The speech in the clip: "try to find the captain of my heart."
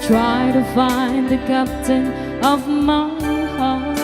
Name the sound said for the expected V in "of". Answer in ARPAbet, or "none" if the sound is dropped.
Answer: V